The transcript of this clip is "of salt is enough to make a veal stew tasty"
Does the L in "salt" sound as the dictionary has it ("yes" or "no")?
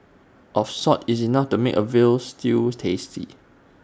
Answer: no